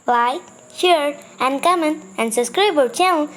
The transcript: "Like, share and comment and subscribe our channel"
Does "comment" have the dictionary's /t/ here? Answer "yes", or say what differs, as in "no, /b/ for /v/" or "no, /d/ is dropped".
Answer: no, /t/ is dropped